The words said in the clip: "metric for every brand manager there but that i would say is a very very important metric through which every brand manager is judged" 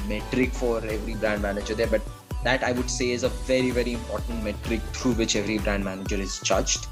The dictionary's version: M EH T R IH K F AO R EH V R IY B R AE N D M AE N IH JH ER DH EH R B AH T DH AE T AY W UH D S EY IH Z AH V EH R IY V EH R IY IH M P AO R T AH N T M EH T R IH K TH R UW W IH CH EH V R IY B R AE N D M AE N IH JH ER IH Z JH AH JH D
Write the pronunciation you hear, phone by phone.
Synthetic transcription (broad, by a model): M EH T R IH K F AO R EH V R IY B R AE N D M AE N IH JH ER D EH R B AH T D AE T AY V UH D S EY IH Z AH V EH R IY V EH R IY IH M P AO R T AH N T M EH T R IH K T R UW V IH CH EH V R IY B R AE N D M AE N IH JH ER IH Z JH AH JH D